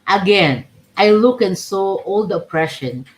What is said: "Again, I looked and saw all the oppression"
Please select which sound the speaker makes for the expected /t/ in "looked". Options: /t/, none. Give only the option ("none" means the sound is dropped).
none